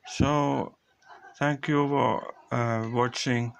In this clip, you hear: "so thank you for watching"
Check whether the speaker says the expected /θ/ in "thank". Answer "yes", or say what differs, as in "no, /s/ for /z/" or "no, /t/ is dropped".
no, /t/ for /θ/